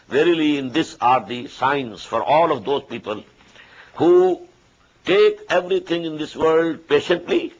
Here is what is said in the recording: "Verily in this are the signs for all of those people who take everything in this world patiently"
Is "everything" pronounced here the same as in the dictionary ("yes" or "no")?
no